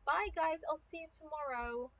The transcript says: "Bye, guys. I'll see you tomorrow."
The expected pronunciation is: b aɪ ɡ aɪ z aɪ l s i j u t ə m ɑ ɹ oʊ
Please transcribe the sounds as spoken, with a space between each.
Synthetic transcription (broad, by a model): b aɪ ɡ aɪ z aɪ l s i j t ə m ɑ ɹ oʊ